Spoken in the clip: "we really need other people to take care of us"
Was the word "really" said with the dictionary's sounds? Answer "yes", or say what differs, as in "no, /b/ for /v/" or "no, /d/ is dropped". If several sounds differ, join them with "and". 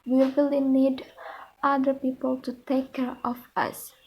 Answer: no, /w/ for /ɹ/